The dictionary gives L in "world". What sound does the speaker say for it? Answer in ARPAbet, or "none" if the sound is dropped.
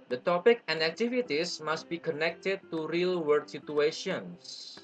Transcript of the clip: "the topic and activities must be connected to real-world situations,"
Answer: none